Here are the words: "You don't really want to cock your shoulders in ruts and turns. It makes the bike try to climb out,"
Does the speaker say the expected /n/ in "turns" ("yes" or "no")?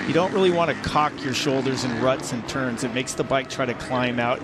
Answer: yes